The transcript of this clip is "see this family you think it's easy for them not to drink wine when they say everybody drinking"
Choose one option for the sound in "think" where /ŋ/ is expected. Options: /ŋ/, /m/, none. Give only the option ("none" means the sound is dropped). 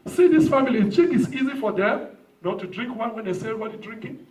none